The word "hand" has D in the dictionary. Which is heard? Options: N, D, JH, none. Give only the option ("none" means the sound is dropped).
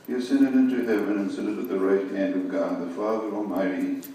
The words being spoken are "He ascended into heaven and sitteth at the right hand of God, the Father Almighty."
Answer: D